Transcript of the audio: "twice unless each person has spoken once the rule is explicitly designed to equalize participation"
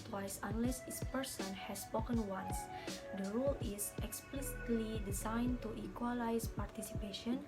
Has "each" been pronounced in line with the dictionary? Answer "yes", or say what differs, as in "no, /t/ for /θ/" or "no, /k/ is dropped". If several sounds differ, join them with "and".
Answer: no, /s/ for /tʃ/